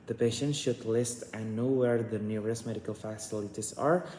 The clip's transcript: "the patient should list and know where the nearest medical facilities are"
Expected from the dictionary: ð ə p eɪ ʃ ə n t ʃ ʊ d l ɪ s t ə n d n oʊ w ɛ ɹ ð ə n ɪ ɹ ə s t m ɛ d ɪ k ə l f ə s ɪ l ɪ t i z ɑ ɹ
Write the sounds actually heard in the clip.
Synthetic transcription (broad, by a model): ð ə p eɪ ʃ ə n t ʃ ʊ d l ɪ s t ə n n oʊ w ɛ ɹ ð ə n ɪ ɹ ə s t m ɛ d ɪ k ə l f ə s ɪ l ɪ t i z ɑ ɹ